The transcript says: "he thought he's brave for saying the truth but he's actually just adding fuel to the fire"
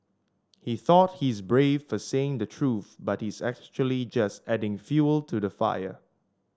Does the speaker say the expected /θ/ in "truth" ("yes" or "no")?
yes